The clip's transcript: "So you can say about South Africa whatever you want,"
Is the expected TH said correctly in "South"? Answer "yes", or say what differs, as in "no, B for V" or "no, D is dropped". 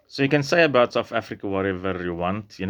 no, F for TH